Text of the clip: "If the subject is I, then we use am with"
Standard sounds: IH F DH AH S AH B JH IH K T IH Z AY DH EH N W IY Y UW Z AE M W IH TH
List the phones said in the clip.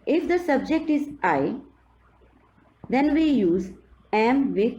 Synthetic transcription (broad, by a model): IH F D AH S AH B JH IH K T IH Z AY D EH N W IY Y UW Z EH M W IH